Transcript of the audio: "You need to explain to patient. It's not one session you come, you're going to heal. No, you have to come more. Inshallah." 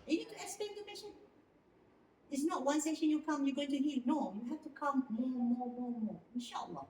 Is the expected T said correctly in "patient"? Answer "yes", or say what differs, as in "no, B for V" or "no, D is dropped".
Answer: no, T is dropped